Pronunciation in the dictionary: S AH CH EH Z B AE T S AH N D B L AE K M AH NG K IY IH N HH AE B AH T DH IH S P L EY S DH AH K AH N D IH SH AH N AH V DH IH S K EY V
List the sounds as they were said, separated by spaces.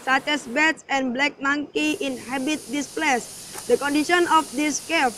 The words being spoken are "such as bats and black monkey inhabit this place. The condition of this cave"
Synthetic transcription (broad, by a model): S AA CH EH S B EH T S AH N B L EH K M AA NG K IY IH N HH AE B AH T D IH S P L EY S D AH K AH N D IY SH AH N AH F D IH S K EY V